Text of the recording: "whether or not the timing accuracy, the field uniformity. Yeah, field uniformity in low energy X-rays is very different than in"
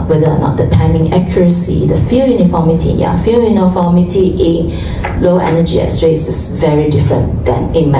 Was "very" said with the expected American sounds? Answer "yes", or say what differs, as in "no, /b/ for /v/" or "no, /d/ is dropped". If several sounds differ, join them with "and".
yes